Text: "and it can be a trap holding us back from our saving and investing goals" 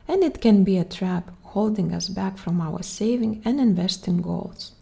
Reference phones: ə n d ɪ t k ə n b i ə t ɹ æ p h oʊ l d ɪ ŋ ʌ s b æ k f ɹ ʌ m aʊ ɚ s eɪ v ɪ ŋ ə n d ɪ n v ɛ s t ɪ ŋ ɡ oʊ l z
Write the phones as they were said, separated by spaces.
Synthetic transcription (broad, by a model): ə n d ɪ t k ə n b i ə t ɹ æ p h oʊ l d ɪ ŋ ʌ s b æ k f ɹ ʌ m aʊ ɚ s eɪ v ɪ ŋ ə n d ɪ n v ɛ s t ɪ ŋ ɡ oʊ l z